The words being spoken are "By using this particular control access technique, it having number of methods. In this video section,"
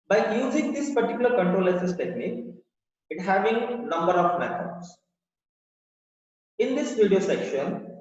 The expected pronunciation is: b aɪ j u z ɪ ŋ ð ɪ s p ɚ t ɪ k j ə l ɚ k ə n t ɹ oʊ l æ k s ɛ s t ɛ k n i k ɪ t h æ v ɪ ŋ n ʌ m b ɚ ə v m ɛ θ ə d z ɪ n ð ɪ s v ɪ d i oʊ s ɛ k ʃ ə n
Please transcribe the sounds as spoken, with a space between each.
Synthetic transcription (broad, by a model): b aɪ j u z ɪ ŋ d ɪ s p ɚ t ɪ k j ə l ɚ k ə n t ɹ oʊ l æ s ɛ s t ɛ k n i k ɪ t h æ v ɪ ŋ n ʌ m b ɚ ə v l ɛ f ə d s ɪ n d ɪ s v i d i oʊ s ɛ k ʃ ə n